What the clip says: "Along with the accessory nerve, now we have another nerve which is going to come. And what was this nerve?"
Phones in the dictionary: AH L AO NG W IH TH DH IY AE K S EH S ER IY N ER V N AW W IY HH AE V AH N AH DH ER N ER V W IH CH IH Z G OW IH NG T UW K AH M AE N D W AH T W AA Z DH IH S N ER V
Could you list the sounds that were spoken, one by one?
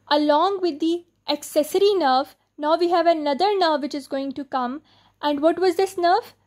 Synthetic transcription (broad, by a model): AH L AO NG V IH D IY AE K S EH S ER IY N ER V N AW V IY HH AE V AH N AH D ER N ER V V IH CH IH Z G OW IH NG T UW K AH M AE N D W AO T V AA Z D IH S N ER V